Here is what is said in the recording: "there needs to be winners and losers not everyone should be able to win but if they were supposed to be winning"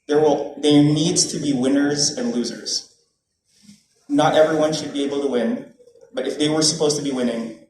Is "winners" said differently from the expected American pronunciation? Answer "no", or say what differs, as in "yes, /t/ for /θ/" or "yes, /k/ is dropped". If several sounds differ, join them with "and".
no